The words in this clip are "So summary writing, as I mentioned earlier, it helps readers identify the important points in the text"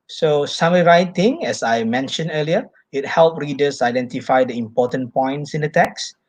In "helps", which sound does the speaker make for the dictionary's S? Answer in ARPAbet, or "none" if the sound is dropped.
none